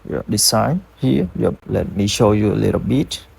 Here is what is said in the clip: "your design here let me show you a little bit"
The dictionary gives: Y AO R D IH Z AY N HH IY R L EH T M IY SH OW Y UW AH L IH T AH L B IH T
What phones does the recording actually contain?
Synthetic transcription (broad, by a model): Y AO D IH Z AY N HH IY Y L EH T M IY SH OW Y UW AH L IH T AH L B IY T